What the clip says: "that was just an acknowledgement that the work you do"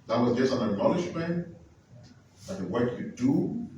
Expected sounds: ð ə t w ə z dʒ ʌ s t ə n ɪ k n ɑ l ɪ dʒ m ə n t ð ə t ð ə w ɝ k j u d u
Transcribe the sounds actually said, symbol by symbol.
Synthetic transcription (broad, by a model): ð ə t w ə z dʒ ʌ s t ə n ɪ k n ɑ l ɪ ʃ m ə n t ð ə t ð ə w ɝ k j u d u